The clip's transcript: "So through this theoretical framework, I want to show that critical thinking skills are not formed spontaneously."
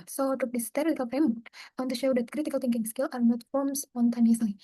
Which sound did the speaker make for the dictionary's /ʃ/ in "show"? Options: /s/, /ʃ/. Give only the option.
/ʃ/